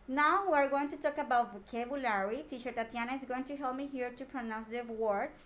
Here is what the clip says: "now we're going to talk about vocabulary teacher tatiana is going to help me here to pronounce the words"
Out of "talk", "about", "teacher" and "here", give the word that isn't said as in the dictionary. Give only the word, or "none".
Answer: teacher